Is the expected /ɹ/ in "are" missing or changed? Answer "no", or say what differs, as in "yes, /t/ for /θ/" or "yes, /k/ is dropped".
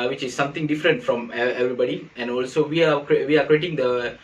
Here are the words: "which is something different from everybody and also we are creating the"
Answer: yes, /w/ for /ɹ/